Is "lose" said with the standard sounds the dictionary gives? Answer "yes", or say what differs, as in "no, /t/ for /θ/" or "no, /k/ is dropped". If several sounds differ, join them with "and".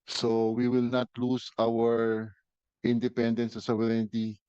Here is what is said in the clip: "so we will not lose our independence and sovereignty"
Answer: no, /s/ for /z/